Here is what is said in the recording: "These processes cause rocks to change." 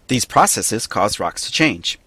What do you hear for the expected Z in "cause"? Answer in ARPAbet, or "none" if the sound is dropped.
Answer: Z